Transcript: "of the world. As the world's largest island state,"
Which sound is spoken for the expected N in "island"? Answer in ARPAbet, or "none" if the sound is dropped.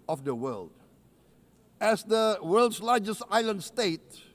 N